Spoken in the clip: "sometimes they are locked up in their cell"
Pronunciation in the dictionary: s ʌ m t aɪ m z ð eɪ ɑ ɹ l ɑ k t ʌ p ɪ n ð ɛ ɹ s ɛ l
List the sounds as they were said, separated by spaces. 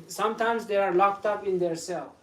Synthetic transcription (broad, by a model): s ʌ m t aɪ m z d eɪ ɑ ɹ l ɑ k t ʌ p ɪ n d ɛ ɹ s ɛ l